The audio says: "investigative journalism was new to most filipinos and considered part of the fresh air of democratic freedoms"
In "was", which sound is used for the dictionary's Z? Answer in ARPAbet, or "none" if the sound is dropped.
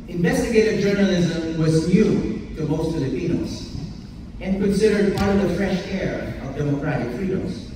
Z